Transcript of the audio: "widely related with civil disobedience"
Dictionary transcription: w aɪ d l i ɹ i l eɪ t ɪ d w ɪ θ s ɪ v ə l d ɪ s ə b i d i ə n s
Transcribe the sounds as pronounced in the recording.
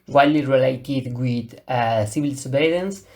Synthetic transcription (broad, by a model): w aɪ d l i ɹ i l eɪ t ɪ d w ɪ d s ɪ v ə l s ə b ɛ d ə n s